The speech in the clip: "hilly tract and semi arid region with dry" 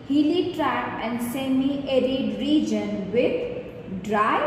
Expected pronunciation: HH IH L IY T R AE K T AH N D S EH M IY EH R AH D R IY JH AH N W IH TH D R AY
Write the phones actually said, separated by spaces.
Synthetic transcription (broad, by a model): HH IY L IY T R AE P AH N D S EH M IY EH R AH D R IY JH AH N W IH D D R AY